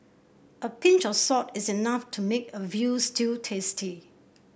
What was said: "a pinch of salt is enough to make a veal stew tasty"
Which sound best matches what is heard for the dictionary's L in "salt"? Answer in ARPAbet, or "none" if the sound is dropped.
none